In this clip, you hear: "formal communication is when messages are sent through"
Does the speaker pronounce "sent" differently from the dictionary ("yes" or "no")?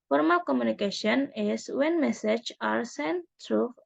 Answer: no